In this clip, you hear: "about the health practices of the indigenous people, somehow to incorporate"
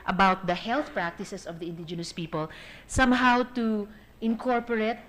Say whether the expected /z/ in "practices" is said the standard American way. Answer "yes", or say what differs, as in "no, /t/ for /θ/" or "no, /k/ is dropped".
no, /s/ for /z/